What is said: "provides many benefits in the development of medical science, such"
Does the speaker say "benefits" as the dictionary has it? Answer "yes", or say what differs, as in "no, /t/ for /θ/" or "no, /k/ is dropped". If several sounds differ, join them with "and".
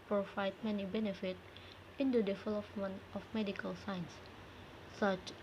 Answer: no, /s/ is dropped